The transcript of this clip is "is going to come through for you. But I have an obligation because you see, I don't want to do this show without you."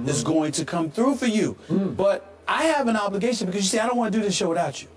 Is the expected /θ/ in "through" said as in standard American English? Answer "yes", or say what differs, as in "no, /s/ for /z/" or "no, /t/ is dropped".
yes